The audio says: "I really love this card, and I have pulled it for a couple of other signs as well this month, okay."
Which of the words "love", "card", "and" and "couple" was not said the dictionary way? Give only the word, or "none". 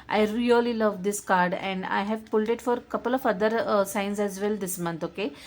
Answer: none